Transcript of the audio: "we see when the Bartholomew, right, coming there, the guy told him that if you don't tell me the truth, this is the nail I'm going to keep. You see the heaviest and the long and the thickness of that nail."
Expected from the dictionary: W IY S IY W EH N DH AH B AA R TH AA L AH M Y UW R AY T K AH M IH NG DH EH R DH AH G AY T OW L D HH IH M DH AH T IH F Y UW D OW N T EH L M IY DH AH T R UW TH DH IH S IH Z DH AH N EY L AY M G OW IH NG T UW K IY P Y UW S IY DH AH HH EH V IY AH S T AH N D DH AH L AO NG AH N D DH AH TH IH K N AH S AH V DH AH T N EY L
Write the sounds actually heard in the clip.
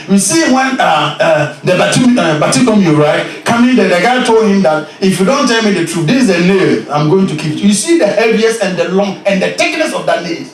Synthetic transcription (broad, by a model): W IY S IY W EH N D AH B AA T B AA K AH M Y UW R AY T K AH M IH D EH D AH G AY T OW L D HH IH M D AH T IH F Y UW D OW N T EH L M IY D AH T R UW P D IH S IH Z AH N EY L AY M G OW IH NG T UW K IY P Y UW S IY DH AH HH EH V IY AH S AH N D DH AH L AO NG AH N D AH T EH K N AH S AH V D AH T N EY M